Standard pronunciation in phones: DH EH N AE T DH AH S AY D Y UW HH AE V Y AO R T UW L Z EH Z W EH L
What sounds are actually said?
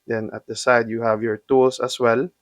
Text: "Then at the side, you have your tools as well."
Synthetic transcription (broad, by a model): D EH N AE T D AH S AY D Y UW HH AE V Y AO R T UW L S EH S W EH L